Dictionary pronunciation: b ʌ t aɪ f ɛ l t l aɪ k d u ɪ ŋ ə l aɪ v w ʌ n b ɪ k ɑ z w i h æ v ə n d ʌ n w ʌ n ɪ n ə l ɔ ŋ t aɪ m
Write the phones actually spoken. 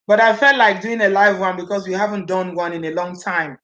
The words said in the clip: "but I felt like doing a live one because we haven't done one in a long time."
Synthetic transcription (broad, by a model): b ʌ t aɪ f ɛ l t l aɪ k d u ɪ ŋ ə l aɪ v w ʌ n b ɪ k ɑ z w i h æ v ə n d ʌ n w ʌ n ɪ n ə l ɔ ŋ t aɪ m